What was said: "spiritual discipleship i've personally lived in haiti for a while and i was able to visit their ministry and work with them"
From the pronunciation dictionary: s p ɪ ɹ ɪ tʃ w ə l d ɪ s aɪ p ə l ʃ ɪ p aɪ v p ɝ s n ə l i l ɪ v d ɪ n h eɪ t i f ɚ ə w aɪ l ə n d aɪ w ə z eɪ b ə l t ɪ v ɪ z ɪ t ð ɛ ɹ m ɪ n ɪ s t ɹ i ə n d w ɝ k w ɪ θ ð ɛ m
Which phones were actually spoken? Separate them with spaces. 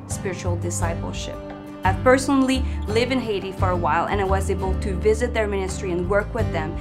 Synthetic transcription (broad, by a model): s p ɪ ɹ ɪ tʃ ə l d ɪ s aɪ p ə l ʃ ɪ p aɪ v p ɝ s n l i l ɪ v ɪ n h eɪ t i f ɚ ə w aɪ l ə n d aɪ w ə z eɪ b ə l t ɪ v ɪ z ɪ t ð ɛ ɹ m ɪ n ɪ s t ɹ i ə n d w ɝ k w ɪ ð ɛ m